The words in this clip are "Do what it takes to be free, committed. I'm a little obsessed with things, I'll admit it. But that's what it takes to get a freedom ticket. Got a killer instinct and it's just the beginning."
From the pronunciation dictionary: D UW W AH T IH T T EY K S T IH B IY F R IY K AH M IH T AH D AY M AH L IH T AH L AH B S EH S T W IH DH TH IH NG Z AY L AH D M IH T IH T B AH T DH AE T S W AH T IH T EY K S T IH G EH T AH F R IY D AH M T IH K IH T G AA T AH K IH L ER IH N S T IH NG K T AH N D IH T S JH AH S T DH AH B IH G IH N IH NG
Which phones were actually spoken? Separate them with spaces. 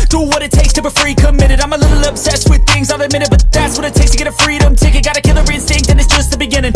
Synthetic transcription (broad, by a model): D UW W AH T IH T T EY K S T IH B IY F R IY K AH M IH T AH D AY M AH L IH T L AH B S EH S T W IH DH TH IH NG Z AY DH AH M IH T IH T B AH T DH AE T S W AH T IH T EY K S T IH G EH T AH F R IY D AH M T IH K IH G AA T AH K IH L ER IH N S T IH NG K T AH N IH T S JH AH S T DH AH B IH G IH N IH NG